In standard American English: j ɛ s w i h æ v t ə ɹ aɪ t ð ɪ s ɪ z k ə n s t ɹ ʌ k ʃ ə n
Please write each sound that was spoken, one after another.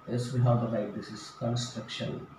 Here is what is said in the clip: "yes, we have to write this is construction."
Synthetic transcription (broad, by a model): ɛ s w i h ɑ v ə l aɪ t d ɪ s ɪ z k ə n s t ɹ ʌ k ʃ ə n